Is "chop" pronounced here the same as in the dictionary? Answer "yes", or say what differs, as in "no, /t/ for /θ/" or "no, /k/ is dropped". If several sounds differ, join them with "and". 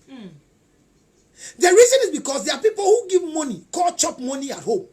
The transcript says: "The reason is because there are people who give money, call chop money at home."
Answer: yes